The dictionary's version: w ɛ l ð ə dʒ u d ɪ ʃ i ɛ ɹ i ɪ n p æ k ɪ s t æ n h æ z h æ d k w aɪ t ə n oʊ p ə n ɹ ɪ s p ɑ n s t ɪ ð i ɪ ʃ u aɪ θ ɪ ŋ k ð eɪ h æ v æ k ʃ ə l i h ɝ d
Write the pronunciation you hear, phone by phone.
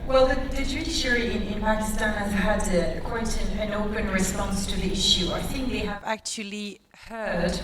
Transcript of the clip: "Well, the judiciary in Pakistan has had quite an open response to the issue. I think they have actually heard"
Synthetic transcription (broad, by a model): w ɛ l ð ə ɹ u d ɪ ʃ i ɹ i ɪ n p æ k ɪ s t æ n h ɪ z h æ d k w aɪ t ə n oʊ p ə n ɹ ɪ s p ɑ n s t ɪ ð i ɪ ʃ u aɪ θ ɪ ŋ k ð eɪ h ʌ v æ k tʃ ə l i h ɝ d